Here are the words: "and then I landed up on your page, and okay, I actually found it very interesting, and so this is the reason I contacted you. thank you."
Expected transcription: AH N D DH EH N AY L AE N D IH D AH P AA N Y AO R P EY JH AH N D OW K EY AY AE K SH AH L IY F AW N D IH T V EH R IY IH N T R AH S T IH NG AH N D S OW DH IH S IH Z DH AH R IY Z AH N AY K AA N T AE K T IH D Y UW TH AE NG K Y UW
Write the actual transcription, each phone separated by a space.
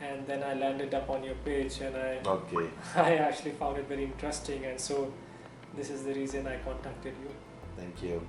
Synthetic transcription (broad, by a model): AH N D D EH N AY L AE N D IH D AH P AA N Y AO R P EY JH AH N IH OW K EY AY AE K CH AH L IY F AW N D IH T V EH R IY IH N T R AH S T IH NG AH N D S OW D IH S IH Z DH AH R IY Z AH N AY K AA N T AE K T IH D Y UW T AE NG K Y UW